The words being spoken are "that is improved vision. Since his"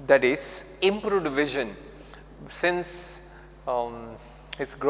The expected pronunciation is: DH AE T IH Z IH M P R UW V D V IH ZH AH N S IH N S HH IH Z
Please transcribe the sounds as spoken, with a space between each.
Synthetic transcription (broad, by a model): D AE T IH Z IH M P R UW D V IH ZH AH N S IH N S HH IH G